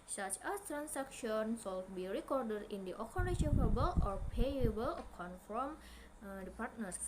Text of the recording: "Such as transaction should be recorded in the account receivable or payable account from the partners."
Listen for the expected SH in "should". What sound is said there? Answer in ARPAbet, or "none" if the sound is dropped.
S